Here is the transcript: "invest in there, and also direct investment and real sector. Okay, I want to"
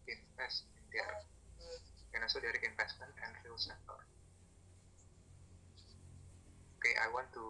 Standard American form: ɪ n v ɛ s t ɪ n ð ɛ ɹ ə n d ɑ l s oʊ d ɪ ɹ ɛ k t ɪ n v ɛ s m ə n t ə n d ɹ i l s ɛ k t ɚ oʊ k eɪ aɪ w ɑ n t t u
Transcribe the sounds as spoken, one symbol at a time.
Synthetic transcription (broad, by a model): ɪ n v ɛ s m ɪ n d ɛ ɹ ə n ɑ s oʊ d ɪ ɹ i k ɪ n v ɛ s m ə n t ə n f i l s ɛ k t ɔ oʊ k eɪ aɪ w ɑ n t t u